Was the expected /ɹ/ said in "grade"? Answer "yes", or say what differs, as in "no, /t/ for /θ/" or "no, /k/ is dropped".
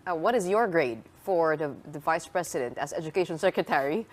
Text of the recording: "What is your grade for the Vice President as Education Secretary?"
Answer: yes